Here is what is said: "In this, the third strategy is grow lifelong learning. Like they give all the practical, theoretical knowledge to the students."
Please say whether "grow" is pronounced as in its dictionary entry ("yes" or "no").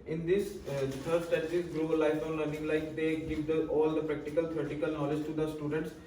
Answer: no